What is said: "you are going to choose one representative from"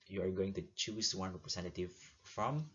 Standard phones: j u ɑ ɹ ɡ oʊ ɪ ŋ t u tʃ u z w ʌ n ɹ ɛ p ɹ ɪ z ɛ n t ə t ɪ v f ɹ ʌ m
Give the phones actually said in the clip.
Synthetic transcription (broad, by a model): j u ɑ ɹ ɡ oʊ ɪ ŋ t u tʃ u s w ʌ n ɹ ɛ p ɹ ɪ s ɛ n t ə t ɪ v f ɹ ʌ m